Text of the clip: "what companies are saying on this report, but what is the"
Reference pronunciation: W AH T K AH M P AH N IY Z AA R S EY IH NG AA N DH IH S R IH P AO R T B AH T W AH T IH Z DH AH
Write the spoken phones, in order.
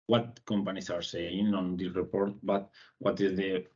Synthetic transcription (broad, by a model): W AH T K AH M P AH N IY S AA R S EY IH NG AA N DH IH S R IH P AO R T B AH T W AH T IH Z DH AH